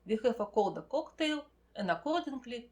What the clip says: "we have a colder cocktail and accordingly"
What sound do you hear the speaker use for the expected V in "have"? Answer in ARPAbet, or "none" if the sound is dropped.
F